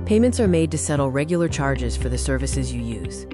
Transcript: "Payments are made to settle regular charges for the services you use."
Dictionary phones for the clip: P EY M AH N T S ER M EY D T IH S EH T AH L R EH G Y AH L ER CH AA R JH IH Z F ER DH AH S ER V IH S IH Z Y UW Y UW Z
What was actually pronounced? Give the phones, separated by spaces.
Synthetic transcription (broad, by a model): P EY M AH N T S ER M EY D T IH S EH T L R EH G Y L ER CH AA R JH IH Z F ER DH AH S ER V IH S IH Z Y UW Y UW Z